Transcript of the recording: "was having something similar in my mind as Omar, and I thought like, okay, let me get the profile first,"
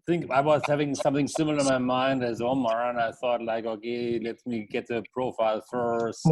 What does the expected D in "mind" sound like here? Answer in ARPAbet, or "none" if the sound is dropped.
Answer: D